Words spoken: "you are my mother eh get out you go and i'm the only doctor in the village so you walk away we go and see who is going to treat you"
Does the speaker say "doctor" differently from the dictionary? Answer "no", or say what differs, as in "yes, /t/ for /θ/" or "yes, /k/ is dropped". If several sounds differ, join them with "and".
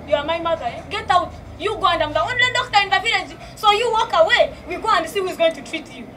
yes, /s/ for /t/